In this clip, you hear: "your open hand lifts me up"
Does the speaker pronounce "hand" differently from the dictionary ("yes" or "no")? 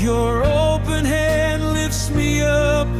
no